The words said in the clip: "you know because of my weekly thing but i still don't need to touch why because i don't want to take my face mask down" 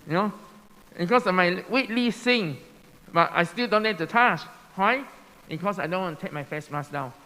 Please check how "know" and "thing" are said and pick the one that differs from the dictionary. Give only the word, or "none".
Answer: thing